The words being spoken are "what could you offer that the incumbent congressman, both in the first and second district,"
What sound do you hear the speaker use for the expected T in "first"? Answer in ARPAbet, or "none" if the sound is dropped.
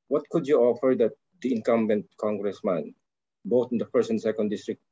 none